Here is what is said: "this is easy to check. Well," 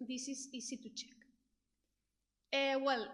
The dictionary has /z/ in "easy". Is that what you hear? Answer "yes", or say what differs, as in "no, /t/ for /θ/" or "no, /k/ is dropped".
no, /s/ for /z/